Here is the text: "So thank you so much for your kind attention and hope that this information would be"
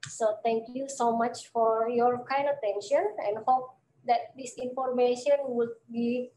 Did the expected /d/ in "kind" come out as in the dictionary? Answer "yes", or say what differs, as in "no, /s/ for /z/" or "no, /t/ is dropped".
no, /d/ is dropped